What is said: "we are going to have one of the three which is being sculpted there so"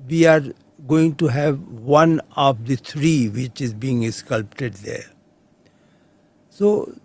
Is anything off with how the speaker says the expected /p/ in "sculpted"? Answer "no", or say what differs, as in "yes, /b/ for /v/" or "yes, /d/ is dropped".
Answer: no